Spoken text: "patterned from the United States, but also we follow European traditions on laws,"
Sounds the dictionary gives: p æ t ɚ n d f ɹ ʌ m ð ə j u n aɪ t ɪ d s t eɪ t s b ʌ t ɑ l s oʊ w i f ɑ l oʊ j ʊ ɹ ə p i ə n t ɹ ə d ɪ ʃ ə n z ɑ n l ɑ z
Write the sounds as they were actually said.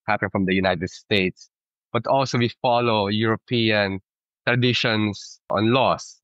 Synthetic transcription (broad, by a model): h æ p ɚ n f ɹ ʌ m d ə j u n aɪ t ɪ d s t eɪ t s b ʌ t ɑ l s oʊ w i f ɑ l oʊ j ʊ ɹ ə p i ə n t ɹ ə d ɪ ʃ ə n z ɑ n l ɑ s